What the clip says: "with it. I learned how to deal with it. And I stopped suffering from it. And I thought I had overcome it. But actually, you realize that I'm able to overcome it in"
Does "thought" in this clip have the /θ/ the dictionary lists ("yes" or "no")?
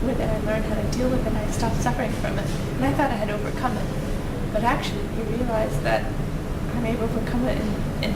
yes